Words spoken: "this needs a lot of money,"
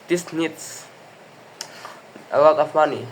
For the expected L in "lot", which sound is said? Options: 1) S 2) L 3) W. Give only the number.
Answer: 3